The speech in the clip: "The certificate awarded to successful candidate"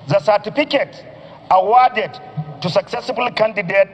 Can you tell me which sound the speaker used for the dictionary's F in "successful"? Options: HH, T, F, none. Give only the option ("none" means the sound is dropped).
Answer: none